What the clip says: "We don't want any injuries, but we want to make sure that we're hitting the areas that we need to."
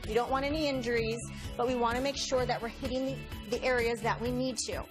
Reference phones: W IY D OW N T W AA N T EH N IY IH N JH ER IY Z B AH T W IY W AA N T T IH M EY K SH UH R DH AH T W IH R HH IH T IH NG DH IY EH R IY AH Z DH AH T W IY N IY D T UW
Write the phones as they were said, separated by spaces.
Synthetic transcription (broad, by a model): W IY D OW N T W AA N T EH N IY IH N JH ER IY Z B AH T W IY W AA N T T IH M EY K SH UH R DH AH T W IH R HH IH T IH NG DH IY EH R IY AH Z DH AH T W IY N IY D T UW